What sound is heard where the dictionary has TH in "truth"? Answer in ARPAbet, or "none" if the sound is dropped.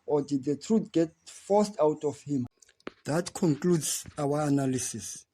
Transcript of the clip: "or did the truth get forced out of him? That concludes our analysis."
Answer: T